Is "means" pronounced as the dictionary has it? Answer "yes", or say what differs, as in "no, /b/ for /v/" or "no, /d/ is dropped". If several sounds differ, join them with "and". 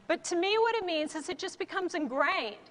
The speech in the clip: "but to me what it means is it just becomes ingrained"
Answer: yes